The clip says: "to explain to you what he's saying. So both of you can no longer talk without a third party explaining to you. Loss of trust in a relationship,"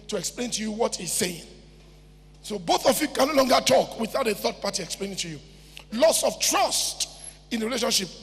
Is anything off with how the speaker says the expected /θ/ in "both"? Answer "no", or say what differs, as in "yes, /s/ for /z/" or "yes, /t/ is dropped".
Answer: no